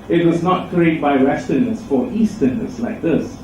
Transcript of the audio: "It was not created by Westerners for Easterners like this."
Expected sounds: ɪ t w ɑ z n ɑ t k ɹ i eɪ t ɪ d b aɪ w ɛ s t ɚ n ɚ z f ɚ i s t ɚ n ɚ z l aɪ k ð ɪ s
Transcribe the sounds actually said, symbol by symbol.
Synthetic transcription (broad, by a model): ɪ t w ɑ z n ɑ t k i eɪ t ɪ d b aɪ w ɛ s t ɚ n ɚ s f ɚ i s t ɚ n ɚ s l aɪ k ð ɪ s